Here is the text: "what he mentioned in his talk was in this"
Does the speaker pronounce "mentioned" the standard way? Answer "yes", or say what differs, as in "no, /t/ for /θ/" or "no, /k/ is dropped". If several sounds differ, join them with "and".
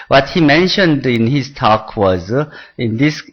yes